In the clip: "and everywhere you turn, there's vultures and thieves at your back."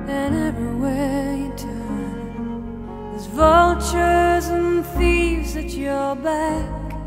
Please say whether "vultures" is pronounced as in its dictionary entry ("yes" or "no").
yes